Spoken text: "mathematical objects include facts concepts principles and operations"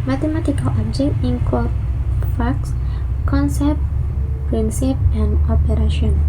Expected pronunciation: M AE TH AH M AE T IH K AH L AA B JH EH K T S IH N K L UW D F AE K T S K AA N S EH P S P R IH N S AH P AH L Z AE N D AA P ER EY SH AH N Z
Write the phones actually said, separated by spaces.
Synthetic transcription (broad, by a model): M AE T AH M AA T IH K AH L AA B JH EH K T IH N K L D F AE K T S K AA N S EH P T P R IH N S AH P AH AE N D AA P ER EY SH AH N